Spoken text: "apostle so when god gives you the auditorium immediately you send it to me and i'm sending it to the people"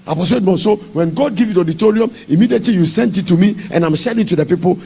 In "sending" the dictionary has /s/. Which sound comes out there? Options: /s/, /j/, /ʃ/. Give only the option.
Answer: /ʃ/